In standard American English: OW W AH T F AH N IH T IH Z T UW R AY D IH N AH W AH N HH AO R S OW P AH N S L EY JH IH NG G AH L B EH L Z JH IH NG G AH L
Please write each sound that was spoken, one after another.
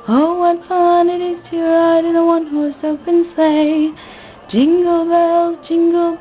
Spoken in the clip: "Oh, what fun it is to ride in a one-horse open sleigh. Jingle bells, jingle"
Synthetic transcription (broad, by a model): OW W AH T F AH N IH T IH Z T UW R AY D IH N AH W AH N HH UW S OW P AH N S EY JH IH NG G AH L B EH L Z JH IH NG G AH L